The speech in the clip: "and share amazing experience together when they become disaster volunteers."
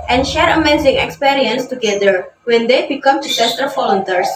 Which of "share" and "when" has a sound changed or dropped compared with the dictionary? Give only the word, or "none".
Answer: none